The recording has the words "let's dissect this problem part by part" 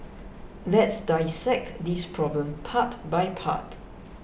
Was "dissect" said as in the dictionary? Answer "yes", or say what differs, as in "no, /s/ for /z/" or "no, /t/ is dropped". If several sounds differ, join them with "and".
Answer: yes